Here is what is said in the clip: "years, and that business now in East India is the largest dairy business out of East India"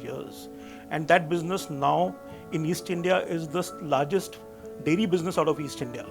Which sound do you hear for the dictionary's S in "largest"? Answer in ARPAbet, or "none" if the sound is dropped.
S